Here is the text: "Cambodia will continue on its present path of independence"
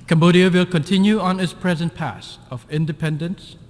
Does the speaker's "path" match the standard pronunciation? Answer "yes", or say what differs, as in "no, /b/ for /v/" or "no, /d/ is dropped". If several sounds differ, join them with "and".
no, /s/ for /θ/